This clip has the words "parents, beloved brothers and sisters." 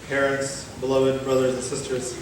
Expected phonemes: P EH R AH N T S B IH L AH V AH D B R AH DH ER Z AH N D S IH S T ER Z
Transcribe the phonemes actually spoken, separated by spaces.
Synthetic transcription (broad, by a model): P EH R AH N T S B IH L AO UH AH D B R AH DH ER Z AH N S IH S T ER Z